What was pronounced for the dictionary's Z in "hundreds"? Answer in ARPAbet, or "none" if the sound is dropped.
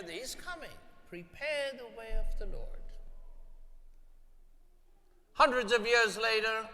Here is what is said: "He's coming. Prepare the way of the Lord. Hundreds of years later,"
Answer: Z